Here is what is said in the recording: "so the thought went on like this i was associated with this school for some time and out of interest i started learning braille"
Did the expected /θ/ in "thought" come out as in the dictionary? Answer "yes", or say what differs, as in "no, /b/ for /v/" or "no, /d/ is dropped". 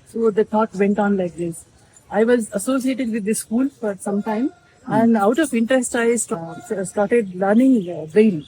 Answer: no, /t/ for /θ/